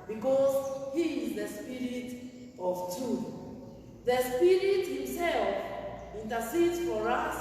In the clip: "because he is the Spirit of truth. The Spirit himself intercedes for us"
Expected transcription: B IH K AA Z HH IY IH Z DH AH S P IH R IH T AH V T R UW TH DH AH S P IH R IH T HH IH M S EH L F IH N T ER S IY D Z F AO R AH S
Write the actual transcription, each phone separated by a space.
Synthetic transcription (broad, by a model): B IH K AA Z HH IY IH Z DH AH S P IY R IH T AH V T UW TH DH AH S P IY R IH T HH IH M S EH L F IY N T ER S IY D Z F AO R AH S